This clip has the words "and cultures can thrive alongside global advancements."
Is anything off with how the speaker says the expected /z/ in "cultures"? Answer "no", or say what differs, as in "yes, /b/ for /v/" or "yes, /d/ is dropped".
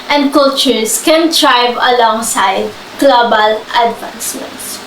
yes, /s/ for /z/